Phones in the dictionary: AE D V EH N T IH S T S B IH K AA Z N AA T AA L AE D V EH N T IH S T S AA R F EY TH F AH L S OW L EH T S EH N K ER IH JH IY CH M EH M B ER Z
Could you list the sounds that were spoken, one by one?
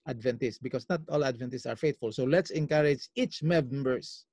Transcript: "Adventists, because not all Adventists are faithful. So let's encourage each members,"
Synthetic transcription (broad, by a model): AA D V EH N T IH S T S B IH K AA S N AA T AA L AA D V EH N T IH S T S AA R F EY T F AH L S OW L EH T S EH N K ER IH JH IY CH M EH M B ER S